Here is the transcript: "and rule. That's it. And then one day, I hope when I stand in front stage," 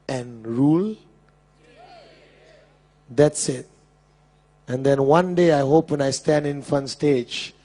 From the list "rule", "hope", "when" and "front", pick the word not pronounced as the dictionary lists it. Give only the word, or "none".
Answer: front